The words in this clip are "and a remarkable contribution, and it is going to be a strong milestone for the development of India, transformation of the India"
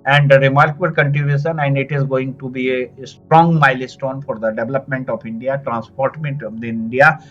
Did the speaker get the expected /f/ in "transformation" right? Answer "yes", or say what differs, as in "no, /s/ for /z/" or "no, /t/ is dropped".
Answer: no, /p/ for /f/